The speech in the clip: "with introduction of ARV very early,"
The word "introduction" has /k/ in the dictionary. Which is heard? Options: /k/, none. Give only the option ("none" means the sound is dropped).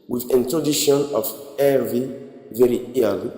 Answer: none